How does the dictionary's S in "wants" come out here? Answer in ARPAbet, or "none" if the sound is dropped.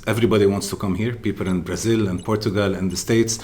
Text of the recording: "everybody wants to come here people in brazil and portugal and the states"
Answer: S